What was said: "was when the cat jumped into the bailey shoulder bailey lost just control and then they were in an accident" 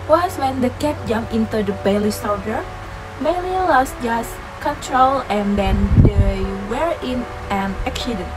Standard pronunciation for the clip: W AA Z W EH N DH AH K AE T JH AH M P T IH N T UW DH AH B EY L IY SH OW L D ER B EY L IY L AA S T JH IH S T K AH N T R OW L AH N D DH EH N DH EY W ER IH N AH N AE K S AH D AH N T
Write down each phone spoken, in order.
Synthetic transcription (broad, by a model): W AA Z W EH N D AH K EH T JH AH M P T IH N T UW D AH B EY L IY S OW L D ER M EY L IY L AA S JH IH S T K AH N T R OW L AH N D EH N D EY W ER IH N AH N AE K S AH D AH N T